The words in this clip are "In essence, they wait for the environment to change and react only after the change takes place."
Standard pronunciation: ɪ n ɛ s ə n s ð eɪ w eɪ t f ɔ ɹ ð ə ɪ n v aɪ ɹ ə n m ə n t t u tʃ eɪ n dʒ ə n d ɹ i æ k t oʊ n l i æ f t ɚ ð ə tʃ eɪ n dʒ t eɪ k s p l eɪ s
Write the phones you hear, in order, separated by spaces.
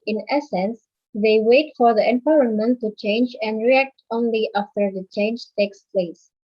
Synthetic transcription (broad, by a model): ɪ n ɛ s ə n s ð eɪ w eɪ t f ɔ ɹ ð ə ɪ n p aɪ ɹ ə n m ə n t t u tʃ eɪ n dʒ ə n d ɹ i æ k t oʊ n l i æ f t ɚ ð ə tʃ eɪ n dʒ t eɪ k s p l eɪ s